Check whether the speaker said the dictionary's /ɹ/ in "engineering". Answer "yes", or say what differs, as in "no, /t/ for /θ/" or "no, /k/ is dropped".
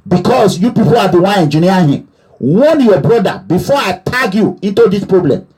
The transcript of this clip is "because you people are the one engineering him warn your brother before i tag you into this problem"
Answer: no, /ɹ/ is dropped